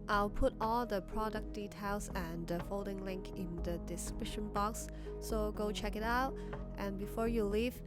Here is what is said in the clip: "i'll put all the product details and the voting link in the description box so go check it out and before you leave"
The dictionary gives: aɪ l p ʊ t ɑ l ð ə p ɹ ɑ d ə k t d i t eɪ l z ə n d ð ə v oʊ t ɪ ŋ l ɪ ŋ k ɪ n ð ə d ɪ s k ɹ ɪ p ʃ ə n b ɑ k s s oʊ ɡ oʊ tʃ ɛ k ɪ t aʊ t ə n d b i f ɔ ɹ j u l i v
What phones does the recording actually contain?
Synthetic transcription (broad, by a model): aɪ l p ʊ t ɑ l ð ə p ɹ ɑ d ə k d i t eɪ l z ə n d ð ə f oʊ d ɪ ŋ l ɪ ŋ k ɪ n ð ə d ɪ s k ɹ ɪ ʃ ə n b ɑ k s s oʊ ɡ oʊ tʃ ɛ k ɪ t aʊ t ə n b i f ɔ ɹ j u l i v